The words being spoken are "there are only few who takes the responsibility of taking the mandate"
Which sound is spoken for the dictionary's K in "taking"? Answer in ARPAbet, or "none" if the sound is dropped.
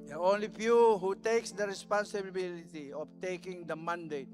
K